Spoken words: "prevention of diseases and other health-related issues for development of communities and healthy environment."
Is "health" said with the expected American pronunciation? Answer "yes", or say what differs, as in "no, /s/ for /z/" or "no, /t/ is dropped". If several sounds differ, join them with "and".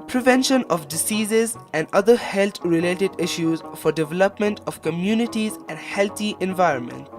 no, /t/ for /θ/